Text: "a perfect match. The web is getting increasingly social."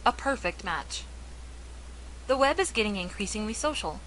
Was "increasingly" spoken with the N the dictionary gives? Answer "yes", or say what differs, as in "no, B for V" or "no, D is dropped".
yes